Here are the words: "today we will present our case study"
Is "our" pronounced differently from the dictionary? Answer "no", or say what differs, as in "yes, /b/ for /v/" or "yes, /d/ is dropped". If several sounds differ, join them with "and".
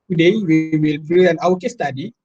yes, /w/ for /ɹ/